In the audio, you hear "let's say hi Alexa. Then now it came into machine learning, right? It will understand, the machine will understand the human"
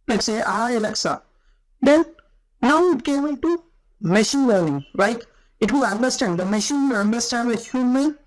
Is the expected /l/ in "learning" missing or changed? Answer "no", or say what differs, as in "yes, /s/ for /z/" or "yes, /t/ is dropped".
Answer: yes, /w/ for /l/